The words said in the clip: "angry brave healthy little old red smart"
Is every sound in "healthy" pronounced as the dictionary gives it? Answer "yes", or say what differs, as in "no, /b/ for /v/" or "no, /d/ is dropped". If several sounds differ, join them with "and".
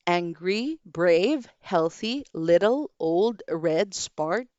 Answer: yes